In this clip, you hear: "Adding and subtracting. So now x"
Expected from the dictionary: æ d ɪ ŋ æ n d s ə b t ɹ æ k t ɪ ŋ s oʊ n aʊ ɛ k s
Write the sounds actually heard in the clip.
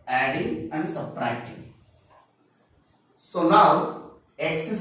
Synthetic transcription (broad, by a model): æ d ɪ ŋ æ n d s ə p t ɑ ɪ t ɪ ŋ s oʊ n aʊ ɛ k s